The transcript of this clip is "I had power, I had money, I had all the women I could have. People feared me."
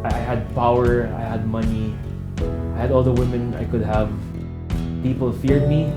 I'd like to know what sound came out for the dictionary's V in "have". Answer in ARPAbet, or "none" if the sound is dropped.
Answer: V